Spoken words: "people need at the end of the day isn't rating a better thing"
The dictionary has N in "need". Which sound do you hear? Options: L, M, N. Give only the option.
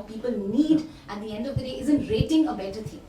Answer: N